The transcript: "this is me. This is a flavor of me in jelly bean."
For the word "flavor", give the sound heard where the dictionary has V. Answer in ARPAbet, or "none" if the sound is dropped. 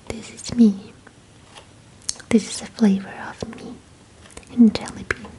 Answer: V